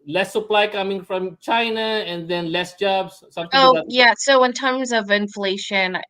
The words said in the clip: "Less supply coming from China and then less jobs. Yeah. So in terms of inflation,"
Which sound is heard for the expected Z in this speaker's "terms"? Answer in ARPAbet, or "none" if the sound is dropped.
Z